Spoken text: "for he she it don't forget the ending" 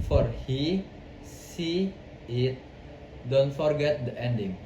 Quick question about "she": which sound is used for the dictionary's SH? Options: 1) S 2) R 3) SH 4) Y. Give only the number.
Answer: 1